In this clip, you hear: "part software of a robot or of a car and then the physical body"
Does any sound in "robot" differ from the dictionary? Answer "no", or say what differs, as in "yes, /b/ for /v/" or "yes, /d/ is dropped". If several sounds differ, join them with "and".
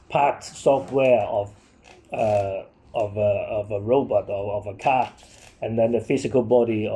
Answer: no